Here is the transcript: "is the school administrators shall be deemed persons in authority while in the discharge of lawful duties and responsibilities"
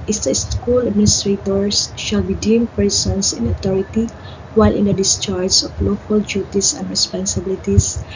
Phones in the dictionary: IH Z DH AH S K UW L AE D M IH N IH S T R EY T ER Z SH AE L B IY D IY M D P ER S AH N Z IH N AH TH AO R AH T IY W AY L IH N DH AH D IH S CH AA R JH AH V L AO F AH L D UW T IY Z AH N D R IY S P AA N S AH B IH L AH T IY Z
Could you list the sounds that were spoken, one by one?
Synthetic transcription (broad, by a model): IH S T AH S K UW L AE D M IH N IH S T R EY T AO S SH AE L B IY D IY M P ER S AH N S IH N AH T AO R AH T IY W AY L IH N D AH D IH S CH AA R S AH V L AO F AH L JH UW T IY S AH N D R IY S P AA N S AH B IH L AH T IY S